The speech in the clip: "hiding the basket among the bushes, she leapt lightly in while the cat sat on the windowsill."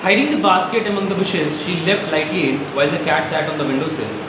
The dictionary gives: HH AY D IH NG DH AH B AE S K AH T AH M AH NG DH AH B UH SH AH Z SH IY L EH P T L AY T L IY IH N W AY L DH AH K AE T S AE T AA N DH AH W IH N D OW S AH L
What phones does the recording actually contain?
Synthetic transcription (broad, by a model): HH AY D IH NG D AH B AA S K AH T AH M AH NG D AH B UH SH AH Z SH IY L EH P T L AY T L IY IH N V AY L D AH K AE T S AE T AA N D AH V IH N D OW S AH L